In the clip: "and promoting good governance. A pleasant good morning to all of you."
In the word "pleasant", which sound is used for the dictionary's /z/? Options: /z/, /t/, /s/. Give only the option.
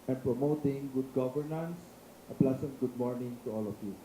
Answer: /s/